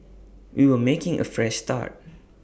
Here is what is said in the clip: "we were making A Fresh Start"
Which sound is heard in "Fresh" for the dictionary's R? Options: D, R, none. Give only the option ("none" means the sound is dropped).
R